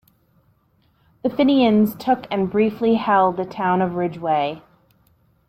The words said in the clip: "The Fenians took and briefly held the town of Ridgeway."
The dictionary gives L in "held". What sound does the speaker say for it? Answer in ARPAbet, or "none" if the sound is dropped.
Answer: L